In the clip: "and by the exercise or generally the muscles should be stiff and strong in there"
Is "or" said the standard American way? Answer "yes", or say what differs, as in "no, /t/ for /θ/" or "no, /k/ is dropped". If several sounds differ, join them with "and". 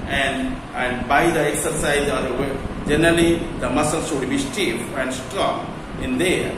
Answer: no, /w/ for /ɹ/